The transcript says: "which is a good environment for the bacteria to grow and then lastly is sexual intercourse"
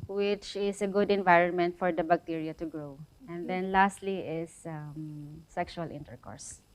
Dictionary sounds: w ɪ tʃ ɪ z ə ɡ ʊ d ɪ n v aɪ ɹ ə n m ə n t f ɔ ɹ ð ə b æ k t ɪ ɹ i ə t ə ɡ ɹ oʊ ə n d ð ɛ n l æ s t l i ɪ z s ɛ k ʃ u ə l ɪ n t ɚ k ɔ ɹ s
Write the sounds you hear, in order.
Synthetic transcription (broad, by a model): w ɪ tʃ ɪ s ə ɡ ʊ d ɪ n v aɪ ɹ ə n m ə n t f ɔ ɹ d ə b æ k t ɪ ɹ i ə t ə ɡ ɹ oʊ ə n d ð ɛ n l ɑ s t l i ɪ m s ɛ k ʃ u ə l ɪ n t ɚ k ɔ ɹ s